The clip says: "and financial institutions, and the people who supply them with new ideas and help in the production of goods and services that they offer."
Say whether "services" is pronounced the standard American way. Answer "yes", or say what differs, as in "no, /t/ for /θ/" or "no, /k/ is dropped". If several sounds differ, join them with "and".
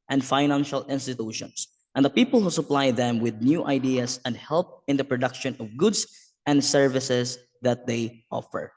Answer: no, /s/ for /z/